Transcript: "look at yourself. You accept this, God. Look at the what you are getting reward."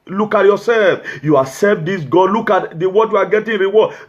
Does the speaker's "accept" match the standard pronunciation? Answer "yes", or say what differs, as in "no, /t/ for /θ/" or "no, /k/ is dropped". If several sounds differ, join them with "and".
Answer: no, /k/ is dropped